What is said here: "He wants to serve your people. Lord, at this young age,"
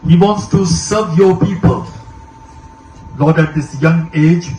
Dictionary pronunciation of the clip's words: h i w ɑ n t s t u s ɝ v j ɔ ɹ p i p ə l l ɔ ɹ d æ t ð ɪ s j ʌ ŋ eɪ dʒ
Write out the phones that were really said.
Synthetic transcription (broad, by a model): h i w ɑ n t s t u s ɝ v j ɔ p i p ə l n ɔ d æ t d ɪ s j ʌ ŋ eɪ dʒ